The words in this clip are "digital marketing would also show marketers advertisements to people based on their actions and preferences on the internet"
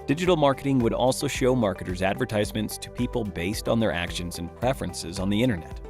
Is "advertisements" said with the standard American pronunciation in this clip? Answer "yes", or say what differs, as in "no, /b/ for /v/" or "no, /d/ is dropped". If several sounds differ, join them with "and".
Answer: yes